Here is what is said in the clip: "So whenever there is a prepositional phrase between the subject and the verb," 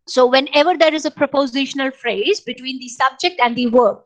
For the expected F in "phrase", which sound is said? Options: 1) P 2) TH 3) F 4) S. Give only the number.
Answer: 3